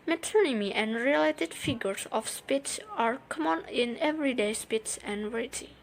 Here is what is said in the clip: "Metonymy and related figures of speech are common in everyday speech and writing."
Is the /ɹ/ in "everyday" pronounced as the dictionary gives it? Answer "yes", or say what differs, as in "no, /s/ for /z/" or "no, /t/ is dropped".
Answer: yes